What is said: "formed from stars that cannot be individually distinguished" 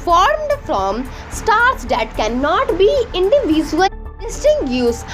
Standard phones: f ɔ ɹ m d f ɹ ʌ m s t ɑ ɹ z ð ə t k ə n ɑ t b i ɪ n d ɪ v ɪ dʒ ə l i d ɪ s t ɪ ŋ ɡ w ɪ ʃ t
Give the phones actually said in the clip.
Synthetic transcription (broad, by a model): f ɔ ɹ m d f ɹ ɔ m s t ɑ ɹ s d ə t k ə n ɑ t b i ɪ n d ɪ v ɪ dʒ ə i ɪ s t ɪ ŋ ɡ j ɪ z